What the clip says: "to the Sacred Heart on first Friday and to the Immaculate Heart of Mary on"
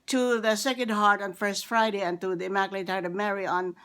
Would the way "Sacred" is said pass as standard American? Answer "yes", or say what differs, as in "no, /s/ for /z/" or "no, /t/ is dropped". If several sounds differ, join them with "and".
no, /ɹ/ is dropped